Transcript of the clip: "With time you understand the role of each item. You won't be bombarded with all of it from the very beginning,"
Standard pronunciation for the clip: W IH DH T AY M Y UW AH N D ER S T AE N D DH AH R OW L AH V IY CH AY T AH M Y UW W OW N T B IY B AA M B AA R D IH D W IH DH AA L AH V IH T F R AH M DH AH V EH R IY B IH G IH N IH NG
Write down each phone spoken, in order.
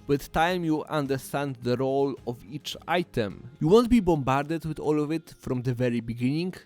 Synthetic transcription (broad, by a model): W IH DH T AY M Y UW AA N D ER S T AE N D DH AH R OW L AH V IY CH AY T AH M Y UW W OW N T B IY B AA M B AA R D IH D W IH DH AA L AH V IH T F R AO M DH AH V EH R IY B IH G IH N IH NG